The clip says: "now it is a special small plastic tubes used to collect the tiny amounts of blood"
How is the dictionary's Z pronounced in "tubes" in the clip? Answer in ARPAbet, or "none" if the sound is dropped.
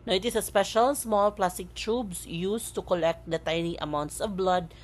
S